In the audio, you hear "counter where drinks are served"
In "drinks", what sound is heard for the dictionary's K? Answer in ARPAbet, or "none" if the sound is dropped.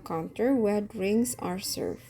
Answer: none